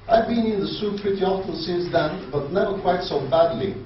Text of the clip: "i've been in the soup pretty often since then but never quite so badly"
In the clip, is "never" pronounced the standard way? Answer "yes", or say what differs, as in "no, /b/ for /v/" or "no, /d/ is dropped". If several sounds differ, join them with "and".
yes